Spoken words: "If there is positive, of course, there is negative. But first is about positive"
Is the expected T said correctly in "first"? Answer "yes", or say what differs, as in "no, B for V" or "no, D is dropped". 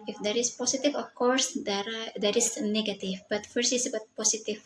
no, T is dropped